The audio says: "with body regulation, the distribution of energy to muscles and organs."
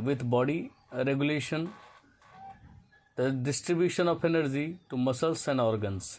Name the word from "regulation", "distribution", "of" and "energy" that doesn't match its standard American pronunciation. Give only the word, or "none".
of